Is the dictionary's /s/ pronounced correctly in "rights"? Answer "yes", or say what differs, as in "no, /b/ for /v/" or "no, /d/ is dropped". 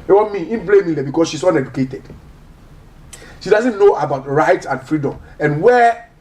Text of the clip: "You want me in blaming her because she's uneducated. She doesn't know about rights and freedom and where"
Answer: no, /s/ is dropped